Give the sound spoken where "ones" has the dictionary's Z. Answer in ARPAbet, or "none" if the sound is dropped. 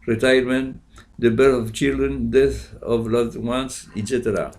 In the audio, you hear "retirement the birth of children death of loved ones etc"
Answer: S